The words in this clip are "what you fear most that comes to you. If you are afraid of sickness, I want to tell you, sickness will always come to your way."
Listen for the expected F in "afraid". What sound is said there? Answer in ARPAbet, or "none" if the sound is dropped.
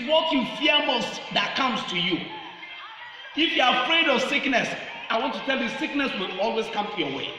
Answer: F